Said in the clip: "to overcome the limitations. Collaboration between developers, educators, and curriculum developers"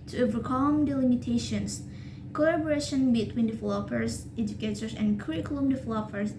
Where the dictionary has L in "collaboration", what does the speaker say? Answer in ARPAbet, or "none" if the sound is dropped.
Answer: none